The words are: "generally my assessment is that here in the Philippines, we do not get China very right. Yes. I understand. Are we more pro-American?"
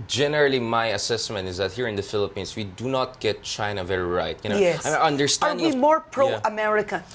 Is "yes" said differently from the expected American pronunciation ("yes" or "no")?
yes